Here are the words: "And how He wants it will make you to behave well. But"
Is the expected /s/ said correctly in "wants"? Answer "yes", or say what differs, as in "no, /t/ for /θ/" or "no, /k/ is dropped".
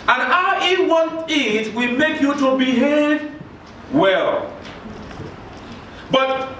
no, /s/ is dropped